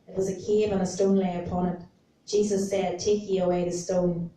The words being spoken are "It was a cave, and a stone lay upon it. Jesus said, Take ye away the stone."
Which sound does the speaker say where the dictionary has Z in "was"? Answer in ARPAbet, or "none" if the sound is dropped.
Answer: Z